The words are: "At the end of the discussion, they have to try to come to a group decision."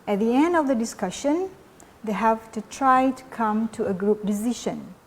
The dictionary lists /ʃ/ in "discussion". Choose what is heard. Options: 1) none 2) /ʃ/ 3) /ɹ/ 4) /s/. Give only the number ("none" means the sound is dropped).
2